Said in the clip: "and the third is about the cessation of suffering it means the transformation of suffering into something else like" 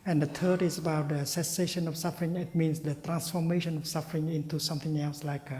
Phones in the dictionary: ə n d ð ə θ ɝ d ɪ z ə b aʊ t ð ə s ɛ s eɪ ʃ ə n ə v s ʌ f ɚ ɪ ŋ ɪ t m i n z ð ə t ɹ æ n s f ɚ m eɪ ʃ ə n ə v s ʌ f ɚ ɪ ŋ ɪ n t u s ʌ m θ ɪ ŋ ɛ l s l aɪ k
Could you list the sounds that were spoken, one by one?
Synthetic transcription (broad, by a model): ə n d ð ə t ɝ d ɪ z ə b aʊ t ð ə s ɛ s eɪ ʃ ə n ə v s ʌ f ɚ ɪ ŋ ɪ t m i n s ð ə t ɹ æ n s f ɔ m eɪ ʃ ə n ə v s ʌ f ɚ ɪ ŋ ɪ n t u s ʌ m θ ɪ ŋ ɛ l s l aɪ k